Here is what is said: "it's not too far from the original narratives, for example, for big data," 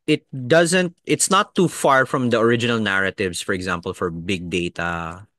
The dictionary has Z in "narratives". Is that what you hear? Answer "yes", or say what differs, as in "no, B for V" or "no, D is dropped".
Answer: no, S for Z